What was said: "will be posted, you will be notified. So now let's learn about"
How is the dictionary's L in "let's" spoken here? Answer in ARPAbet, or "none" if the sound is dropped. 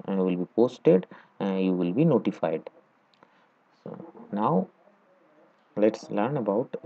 L